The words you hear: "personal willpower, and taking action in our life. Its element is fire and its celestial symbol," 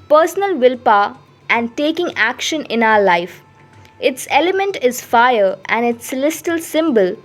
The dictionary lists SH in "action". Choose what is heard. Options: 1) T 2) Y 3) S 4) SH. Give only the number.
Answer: 4